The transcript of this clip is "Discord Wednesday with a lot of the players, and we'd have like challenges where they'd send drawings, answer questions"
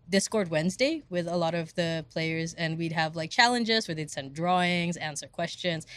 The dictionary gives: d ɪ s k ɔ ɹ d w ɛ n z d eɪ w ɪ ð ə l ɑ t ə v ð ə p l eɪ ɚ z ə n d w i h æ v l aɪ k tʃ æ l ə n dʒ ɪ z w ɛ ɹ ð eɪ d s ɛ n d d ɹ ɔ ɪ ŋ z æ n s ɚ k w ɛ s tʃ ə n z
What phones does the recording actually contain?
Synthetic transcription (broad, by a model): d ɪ s k ɔ ɹ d w ɛ n z d eɪ w ɪ ð ə l ɑ t ə v ð ə p l eɪ ɚ z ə n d w i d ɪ v l aɪ k tʃ æ l ə n dʒ ɪ z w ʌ ɹ ð eɪ d s ɛ n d d ɹ ɔ ɪ ŋ z æ n s ɚ k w ɛ s tʃ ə n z